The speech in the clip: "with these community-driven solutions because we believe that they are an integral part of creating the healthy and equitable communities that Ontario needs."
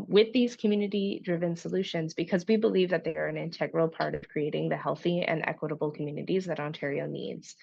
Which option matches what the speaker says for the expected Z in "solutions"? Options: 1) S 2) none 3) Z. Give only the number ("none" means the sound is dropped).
3